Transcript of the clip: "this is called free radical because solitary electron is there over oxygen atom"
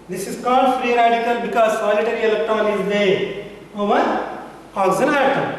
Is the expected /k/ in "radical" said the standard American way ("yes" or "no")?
yes